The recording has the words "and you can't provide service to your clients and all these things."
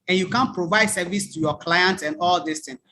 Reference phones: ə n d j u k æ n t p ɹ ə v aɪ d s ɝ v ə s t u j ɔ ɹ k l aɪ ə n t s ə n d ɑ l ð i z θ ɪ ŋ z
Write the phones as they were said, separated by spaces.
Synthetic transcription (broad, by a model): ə n j u k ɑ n p ɹ ə v aɪ d s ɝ v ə s t u j ɔ k l aɪ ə n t ə n d ɑ l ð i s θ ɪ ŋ